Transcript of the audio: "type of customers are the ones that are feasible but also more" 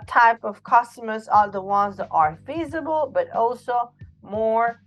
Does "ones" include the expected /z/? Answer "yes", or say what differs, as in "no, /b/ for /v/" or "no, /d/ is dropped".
yes